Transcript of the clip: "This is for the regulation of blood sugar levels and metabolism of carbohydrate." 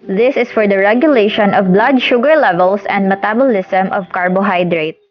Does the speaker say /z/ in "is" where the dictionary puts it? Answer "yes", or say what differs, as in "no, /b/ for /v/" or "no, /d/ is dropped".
no, /s/ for /z/